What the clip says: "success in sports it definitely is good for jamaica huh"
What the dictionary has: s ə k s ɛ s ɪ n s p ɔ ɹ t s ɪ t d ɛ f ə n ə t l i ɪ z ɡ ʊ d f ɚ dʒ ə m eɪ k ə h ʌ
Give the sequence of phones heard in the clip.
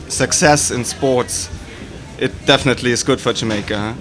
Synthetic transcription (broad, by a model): s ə k s ɛ s ɪ n s p ɔ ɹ t s ɪ t d ɛ f ə n ə t l i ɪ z ɡ ʊ d f ɚ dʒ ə m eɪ ə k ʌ